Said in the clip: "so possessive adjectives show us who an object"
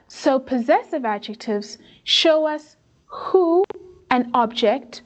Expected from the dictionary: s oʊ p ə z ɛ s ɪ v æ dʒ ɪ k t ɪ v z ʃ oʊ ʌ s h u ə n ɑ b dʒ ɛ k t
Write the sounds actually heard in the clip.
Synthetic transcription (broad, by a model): s oʊ p ə z ɛ s ɪ v æ dʒ ɪ k t ɪ v z ʃ oʊ ʌ s h u ə n ɑ b dʒ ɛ k t